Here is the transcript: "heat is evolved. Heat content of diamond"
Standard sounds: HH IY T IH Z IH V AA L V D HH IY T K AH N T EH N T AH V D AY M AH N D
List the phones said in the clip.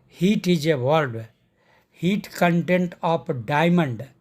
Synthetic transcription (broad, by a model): HH IY T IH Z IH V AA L D HH IY T K AH N T EH N T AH P D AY M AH N D